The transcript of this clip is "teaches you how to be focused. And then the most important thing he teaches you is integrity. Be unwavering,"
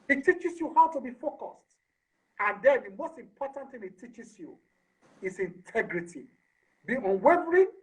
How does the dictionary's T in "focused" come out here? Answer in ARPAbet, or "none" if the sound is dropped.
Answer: T